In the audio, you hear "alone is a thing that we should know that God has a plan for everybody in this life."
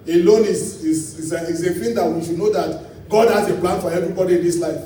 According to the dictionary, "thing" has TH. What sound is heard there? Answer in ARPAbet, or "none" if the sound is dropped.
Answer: S